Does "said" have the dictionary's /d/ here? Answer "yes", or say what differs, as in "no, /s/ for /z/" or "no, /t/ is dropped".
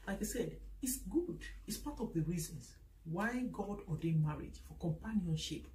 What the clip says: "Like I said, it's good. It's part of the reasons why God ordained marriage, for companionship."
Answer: yes